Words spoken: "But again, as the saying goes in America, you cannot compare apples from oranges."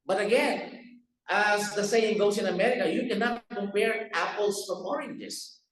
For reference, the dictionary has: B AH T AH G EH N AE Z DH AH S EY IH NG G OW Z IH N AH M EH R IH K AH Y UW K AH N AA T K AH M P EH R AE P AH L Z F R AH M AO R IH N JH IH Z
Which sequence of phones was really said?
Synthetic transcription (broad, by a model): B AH T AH G EH N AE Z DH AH S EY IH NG G OW S IH N AH M EH R IH K AH Y UW K AH N AA T K AH M P EH R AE P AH L S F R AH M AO R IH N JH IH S